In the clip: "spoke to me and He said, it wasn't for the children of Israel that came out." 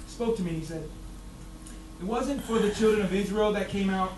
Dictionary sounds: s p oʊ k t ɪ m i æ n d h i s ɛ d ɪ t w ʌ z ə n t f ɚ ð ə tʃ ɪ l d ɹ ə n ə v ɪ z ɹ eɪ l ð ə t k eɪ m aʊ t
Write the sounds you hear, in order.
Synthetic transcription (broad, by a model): s p oʊ k t ɪ m i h i s ɛ d ɪ t w ʌ z ə n t f ɚ ð ə tʃ ɪ l d ɹ ə n ə v ɪ z ɹ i l ð ə t k eɪ m aʊ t